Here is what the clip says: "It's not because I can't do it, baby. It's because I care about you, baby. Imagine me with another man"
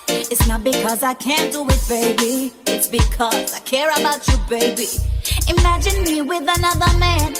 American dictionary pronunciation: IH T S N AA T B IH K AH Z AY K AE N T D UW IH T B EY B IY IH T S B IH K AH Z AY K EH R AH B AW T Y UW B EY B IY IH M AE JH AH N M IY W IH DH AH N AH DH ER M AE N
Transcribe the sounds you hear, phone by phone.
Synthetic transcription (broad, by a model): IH T S N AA T B IH K AH Z AY K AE N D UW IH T B EY B IY IH T S B IH K AH Z AY K EH R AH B AW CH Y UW B EY B IY IH M AE JH AH N M IY W IH DH AH N AH DH ER M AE N